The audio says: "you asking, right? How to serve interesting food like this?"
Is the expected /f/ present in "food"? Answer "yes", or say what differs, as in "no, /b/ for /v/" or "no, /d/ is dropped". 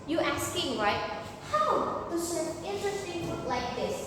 no, /p/ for /f/